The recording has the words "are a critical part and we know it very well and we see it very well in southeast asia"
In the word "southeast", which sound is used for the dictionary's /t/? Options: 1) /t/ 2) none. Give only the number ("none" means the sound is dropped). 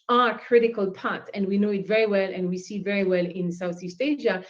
1